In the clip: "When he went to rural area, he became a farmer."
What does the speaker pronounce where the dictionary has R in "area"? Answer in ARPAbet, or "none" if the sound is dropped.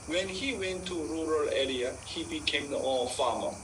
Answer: L